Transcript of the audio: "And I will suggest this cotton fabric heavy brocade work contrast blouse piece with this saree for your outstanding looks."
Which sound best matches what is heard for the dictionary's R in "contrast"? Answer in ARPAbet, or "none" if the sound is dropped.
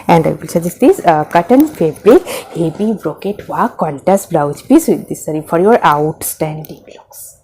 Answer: none